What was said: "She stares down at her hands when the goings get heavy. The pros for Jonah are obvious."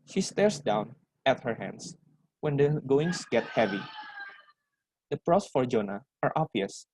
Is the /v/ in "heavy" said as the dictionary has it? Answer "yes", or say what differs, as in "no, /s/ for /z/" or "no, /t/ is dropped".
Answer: yes